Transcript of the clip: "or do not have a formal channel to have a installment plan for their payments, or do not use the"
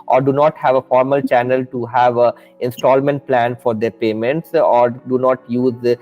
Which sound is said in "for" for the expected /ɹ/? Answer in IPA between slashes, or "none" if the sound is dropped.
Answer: /ɹ/